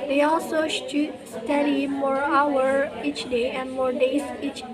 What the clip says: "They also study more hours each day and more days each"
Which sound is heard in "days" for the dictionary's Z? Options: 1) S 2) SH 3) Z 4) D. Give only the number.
1